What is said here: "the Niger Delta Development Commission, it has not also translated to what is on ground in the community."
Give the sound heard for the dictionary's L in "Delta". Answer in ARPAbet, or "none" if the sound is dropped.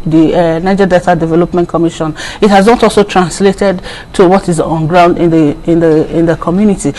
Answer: none